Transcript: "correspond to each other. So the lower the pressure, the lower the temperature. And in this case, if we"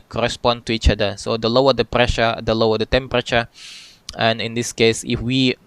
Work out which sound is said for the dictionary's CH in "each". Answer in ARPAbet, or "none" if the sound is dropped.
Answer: CH